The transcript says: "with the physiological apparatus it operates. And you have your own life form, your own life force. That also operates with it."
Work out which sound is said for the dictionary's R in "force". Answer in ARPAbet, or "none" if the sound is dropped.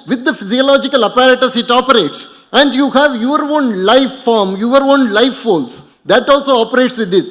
L